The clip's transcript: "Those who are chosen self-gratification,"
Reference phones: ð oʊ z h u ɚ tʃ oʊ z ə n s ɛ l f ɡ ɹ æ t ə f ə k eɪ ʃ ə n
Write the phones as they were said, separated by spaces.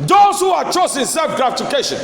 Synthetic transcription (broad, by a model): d oʊ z h u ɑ tʃ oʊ s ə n s ɛ l f ɡ ɹ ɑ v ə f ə k eɪ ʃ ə n